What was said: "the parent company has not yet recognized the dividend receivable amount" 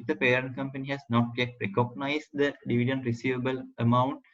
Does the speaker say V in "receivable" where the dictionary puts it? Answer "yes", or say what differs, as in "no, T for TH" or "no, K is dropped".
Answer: yes